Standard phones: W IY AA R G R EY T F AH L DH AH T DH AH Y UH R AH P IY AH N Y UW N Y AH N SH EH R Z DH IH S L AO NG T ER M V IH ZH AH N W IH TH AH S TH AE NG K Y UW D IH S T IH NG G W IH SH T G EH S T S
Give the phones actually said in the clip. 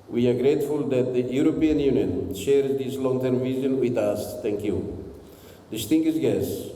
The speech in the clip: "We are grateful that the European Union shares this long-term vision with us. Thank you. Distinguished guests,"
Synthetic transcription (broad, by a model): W IY AA R G R EY T F AH L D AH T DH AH Y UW R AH P IY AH N Y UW N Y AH N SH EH R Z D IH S L AO NG T ER M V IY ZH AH N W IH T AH S T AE NG K Y UW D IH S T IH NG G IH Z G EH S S